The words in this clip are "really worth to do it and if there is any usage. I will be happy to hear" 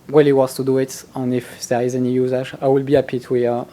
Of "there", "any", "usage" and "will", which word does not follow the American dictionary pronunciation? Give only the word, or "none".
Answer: usage